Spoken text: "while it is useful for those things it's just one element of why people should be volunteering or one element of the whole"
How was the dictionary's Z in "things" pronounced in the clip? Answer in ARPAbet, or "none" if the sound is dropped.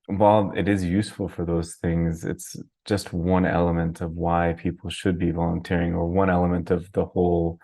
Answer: Z